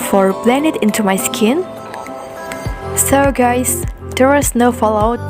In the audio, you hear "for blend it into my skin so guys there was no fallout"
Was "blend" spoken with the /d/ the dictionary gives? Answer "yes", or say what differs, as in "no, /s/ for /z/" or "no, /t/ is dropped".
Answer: no, /d/ is dropped